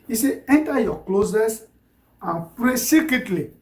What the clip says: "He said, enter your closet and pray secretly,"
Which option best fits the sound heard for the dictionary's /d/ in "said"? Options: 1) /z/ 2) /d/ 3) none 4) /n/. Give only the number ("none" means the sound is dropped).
3